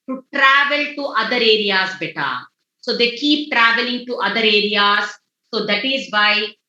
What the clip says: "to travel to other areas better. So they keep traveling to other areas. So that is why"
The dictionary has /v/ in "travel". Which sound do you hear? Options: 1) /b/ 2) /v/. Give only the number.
2